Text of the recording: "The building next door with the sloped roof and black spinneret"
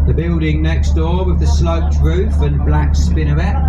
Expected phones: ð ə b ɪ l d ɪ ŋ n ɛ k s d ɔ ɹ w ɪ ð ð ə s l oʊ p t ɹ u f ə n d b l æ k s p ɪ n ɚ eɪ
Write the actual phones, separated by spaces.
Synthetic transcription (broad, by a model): ð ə b ɪ l d ɪ ŋ n ɛ k s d ɔ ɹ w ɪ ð ð ə s l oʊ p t ɹ u f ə n b l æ k s p ɪ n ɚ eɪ